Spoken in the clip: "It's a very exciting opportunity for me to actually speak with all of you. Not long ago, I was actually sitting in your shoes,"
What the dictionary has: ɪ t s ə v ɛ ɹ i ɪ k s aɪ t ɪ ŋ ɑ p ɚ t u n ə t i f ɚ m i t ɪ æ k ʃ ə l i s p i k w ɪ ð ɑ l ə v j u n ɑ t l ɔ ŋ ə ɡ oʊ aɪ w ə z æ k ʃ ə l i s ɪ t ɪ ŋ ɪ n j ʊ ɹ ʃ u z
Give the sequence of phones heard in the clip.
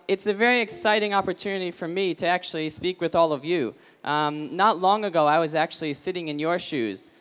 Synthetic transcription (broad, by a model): ɪ t s ə v ɛ ɹ i ɪ k s aɪ t ɪ ŋ ɑ p ɚ t u n ə t i f ɚ m i t ɪ æ k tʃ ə l i s p i k w ɪ ð ɑ l ə v j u n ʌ t l ɔ ŋ ə ɡ oʊ aɪ w ə z æ k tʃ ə l i s ɪ t ɪ ŋ ɪ n j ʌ ɹ ʃ u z